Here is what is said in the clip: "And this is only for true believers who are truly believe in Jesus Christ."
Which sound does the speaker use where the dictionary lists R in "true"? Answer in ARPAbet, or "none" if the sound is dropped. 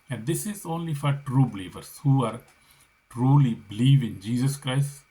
R